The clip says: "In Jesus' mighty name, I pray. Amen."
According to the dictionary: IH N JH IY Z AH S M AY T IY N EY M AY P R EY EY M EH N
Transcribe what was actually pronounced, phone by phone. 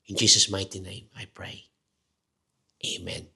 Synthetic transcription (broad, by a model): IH N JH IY S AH S M AY T IY N EY M AY P R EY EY M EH N